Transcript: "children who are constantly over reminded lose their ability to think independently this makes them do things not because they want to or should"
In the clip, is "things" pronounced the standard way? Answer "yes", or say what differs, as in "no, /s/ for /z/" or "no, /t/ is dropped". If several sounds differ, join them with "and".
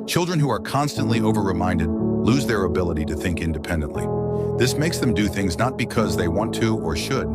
yes